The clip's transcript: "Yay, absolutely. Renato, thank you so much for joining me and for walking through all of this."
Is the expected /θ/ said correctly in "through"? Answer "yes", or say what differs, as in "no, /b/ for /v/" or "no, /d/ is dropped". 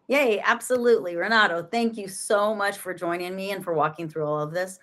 yes